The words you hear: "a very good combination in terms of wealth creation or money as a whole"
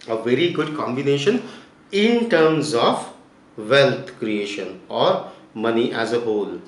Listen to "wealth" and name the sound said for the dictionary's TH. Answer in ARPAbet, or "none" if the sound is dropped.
T